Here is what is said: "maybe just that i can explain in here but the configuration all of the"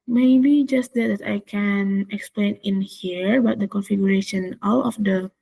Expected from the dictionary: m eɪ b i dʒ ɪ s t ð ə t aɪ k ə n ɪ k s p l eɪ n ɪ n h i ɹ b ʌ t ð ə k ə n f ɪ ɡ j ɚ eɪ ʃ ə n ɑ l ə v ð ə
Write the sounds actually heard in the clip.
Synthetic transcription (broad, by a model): m eɪ b i dʒ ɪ s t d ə t aɪ k ə n ɪ k s p l eɪ n ɪ n h i ɹ b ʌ t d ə k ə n f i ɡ j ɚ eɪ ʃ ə n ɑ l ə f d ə